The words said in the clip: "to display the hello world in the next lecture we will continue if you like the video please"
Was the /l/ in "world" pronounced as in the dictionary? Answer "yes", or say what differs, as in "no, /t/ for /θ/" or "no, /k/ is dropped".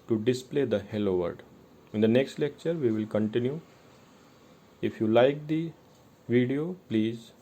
no, /l/ is dropped